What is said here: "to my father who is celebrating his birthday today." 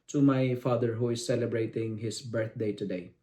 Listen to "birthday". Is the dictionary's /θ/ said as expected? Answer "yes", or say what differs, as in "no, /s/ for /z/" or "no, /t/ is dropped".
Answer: no, /t/ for /θ/